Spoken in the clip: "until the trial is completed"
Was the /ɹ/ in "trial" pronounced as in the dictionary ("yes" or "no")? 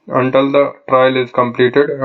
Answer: yes